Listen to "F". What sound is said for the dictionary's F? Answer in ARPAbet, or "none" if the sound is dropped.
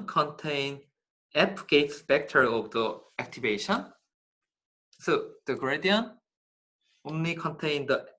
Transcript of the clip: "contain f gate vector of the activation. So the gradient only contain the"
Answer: P